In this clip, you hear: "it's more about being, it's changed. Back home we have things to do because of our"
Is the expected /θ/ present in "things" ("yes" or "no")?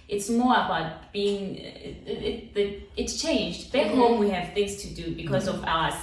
yes